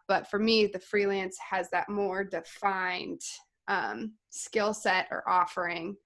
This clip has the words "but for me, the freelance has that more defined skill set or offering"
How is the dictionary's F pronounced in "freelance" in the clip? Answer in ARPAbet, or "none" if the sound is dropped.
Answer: F